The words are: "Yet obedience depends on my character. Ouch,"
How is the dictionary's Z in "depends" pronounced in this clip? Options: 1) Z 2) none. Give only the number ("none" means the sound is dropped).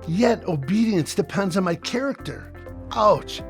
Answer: 1